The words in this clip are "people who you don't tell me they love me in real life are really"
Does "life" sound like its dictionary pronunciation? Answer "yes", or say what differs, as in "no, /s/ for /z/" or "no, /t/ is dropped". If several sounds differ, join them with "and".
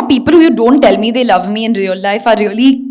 yes